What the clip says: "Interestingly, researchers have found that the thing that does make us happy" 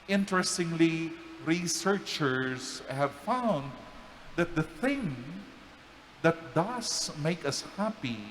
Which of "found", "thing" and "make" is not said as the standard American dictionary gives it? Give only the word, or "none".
none